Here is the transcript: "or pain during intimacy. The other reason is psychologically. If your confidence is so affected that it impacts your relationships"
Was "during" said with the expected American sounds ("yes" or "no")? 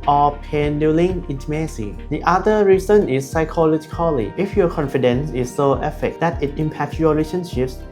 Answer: no